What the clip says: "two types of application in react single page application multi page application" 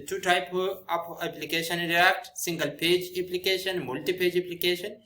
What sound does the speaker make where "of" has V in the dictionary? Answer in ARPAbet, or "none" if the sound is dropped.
P